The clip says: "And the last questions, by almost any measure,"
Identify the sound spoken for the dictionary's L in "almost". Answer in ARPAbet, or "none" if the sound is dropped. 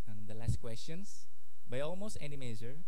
L